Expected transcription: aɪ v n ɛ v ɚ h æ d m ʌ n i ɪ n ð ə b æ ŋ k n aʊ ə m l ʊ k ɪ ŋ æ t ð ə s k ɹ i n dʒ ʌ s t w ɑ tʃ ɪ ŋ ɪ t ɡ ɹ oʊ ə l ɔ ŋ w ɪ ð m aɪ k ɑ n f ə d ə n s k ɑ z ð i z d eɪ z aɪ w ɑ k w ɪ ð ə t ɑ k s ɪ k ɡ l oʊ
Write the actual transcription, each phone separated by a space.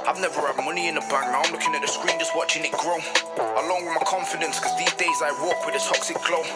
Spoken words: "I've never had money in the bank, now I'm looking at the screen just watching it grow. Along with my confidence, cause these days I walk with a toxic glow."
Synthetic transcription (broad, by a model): aɪ v n ɛ v ɚ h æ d m ʌ n i ɪ n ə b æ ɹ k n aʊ ə m l ʊ k ɪ ŋ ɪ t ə s k ɹ i n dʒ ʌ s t w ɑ tʃ ɪ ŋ ɪ t ɡ ɹ oʊ ə l ɔ ŋ w ɪ ð m aɪ k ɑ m f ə d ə n s k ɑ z ð i z d eɪ z aɪ w ɑ k w ɪ ð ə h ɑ k s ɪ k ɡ l oʊ